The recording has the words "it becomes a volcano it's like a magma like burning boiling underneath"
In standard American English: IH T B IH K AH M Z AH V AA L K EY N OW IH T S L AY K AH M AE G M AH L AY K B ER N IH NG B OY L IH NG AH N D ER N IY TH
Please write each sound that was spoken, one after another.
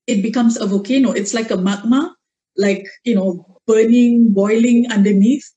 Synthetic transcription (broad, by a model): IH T B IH K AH M S AH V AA K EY N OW IH T S L AY K AH M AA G M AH L AY K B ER N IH NG B OY L IH NG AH N D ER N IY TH